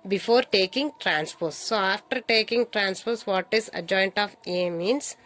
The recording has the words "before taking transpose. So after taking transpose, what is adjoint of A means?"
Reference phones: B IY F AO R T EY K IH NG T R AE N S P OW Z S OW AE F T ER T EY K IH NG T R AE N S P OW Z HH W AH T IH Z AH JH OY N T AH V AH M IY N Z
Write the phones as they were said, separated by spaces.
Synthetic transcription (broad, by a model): B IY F AO R T EY K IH NG T R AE N S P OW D S OW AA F T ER T EY K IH NG T R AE N S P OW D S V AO T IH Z AH JH OY N T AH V AH M IY N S